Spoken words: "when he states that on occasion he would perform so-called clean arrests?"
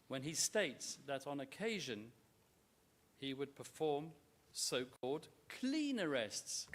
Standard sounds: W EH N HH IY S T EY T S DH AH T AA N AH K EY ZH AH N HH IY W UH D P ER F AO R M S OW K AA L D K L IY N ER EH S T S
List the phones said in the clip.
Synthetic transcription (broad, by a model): W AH N IY S T EY T S DH AH T N AH K EY ZH AH N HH IY W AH D P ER F AO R M S OW K AA L D K L IY N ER EH S T S